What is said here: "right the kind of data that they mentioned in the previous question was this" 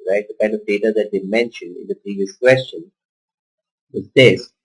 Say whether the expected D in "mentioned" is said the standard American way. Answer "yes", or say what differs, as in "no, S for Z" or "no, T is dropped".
yes